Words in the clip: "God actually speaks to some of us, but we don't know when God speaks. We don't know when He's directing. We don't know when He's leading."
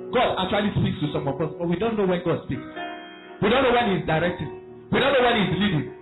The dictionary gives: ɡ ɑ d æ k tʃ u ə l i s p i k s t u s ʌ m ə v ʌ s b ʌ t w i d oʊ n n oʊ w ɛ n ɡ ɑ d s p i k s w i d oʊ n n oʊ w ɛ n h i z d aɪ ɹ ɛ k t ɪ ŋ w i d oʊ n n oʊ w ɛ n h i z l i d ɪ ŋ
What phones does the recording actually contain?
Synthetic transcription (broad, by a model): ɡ ɑ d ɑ k tʃ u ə l i s p i k s t u s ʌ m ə p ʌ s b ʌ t w i d oʊ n n oʊ w ɛ n ɡ ɑ d s p i k s w i d oʊ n n oʊ w ɛ n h i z d aɪ ɹ ɛ k t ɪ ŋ w i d oʊ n n oʊ w ɛ n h i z l i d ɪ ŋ